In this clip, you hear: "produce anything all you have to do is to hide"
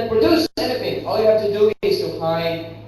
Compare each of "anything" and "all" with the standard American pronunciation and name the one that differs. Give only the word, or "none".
anything